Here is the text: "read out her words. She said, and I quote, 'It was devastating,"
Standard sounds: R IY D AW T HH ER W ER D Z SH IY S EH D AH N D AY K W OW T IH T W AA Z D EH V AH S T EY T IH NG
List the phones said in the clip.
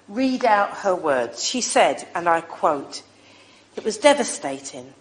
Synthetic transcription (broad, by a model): R IY D AW T HH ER W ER D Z SH IY S EH D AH N AY K W OW T IH T W AA Z D EH V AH S T EY T IH NG